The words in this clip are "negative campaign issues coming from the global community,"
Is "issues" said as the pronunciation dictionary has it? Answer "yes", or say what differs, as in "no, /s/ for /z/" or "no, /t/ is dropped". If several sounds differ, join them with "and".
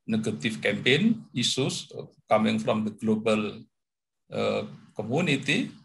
no, /s/ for /ʃ/ and /s/ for /z/